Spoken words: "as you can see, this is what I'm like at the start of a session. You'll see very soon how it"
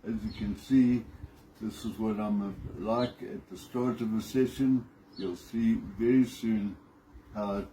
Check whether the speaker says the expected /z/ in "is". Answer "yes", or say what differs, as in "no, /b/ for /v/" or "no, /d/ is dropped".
yes